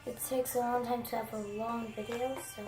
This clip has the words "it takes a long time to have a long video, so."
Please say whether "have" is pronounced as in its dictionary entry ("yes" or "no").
no